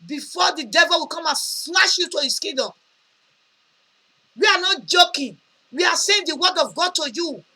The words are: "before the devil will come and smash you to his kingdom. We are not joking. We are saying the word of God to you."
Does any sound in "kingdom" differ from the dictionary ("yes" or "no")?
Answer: yes